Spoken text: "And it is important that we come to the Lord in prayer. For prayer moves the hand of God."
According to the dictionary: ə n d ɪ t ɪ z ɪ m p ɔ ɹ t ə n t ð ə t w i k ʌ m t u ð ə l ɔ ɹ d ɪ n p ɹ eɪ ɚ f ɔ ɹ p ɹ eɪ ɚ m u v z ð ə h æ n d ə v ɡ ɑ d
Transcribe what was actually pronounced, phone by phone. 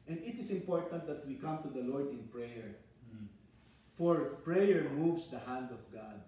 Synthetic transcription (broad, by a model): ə n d ɪ t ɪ s ɪ m p ɔ ɹ t ə n t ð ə t w i k ʌ m t u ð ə l ɔ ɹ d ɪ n p ɹ eɪ ɚ f ɔ ɹ p ɹ eɪ ɚ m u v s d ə h æ n d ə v ɡ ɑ d